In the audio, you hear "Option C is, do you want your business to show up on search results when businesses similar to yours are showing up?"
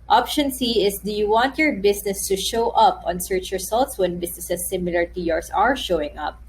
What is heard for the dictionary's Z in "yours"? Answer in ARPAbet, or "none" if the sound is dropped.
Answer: S